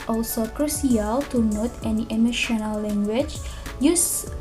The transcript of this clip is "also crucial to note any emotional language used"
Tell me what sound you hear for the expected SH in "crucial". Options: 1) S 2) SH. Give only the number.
1